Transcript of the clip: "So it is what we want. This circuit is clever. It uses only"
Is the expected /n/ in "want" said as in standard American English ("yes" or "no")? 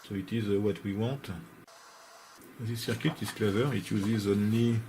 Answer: no